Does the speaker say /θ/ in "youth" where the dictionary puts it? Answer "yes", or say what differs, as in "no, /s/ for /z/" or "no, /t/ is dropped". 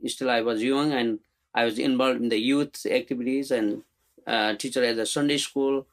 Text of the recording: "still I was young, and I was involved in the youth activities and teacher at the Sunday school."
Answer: no, /t/ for /θ/